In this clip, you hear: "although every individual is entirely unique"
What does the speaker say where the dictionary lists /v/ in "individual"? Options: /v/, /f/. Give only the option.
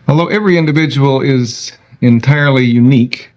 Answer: /v/